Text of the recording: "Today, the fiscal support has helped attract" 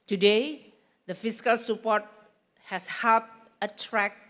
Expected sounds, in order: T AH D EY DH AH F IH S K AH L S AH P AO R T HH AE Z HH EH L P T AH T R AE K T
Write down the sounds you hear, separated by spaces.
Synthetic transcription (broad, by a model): T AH D EY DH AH F IH S K AH L S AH P AO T HH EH S HH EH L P AH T R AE K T